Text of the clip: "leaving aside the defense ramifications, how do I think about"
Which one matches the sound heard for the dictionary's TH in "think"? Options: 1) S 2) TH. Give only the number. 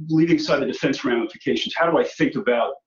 2